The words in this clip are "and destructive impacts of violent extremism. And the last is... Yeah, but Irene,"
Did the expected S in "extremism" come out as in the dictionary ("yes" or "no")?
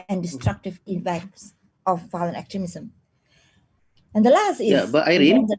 no